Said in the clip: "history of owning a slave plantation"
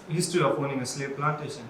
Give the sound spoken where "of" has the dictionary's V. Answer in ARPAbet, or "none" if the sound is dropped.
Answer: P